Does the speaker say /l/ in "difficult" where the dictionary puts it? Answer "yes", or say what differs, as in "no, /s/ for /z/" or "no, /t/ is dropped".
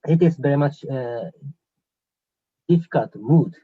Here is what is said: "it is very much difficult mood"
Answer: no, /l/ is dropped